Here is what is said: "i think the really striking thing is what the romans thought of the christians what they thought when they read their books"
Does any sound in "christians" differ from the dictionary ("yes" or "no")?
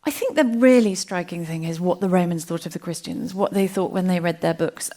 no